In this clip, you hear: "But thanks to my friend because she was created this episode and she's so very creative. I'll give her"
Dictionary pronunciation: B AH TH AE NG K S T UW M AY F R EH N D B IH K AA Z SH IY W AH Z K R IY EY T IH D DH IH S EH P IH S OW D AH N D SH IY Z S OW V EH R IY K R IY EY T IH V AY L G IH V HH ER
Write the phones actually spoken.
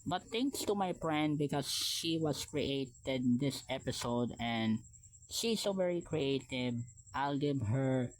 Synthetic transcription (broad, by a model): B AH T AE NG K S T UW M AY P R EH N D B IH K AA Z SH IY W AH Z K R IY EY T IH D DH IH S EH P IH S OW D AH N D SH IY S OW V EH R IY K R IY EY T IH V AY L G IH V HH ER